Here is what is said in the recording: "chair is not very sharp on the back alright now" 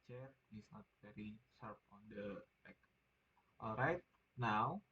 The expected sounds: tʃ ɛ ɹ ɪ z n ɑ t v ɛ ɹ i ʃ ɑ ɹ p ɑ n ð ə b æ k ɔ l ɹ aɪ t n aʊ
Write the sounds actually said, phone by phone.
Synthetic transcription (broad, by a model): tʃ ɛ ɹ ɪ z n ɑ t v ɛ ɹ i s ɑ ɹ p ɑ n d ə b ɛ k ɔ l ɹ aɪ t n aʊ